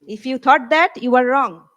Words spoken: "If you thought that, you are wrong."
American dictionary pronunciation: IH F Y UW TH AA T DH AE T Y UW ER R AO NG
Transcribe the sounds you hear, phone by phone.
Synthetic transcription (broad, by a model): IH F Y UW T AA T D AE T Y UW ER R AO NG